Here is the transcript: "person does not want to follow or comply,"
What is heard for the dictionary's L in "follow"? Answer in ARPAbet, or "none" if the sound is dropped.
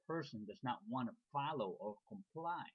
L